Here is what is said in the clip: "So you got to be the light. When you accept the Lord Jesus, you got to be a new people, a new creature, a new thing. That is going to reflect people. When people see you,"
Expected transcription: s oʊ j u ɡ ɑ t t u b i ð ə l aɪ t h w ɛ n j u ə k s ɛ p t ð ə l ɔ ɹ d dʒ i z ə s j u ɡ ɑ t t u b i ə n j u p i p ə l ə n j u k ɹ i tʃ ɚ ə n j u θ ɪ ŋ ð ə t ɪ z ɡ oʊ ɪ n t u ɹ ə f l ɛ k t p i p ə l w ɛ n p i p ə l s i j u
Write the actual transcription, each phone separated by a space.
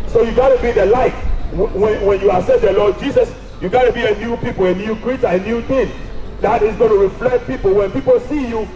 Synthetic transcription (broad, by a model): s oʊ j u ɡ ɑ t t u b i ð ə l aɪ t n w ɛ n j u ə s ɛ t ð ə l ɔ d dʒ i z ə s j u ɡ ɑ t t u b i ə n j u p i p ə l ə n j u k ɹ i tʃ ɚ ə n j u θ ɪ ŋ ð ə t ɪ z ɡ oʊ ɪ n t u ɹ ə f l ɛ k t p i p ə l w ɛ n p i p ə l s i j u